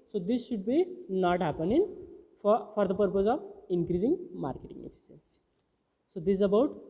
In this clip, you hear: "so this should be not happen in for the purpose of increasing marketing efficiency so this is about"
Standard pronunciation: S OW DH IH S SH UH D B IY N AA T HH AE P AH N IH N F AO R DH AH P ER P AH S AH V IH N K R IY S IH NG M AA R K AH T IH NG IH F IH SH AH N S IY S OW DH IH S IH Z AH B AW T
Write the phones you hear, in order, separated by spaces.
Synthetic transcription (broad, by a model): S OW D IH S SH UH D B IY N AA T HH AE P AH N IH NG F AO R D AH P ER P AH S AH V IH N K R IY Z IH NG M AA R K AH T IH NG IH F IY S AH N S S OW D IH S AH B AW T